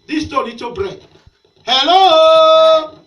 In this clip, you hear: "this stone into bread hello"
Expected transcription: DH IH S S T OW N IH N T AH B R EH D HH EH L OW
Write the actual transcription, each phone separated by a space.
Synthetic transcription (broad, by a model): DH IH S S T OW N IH T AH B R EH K HH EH L OW